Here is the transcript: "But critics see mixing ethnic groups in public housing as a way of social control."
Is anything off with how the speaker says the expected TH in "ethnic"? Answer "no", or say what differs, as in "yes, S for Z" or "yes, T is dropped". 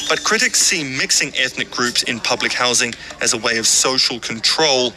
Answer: no